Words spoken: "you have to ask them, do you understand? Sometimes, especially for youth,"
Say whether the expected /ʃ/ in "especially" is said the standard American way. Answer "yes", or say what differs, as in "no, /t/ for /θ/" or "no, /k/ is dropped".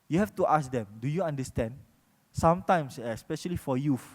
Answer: yes